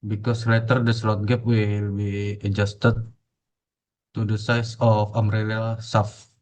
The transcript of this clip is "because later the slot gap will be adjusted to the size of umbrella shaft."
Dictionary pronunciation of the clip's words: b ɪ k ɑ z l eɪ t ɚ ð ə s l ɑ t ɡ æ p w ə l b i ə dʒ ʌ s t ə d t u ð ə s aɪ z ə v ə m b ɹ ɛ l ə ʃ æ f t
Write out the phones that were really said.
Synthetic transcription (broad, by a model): b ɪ k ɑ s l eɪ t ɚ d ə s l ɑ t ɡ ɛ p w ə l b i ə dʒ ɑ s t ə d t u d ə s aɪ s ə f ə m ɹ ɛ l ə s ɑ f